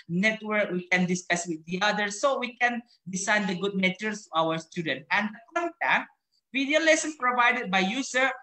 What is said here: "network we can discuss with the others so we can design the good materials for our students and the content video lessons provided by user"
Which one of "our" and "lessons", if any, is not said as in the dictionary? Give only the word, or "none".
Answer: lessons